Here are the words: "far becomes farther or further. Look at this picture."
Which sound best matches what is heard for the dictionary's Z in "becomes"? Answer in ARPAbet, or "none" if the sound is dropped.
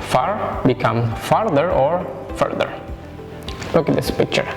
none